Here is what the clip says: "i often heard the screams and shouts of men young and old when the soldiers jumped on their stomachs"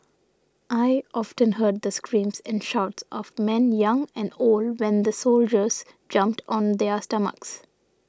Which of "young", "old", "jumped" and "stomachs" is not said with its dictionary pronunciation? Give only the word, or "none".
none